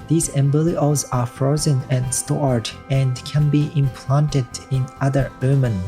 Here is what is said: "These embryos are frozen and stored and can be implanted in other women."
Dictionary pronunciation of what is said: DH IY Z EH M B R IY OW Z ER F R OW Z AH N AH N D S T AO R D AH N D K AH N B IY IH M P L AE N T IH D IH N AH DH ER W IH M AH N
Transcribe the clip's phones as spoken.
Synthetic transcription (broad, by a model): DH IY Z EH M B L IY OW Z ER F R OW Z AH N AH N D S T AO R D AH N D K AH N B IY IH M P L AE N T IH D IH N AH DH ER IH M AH N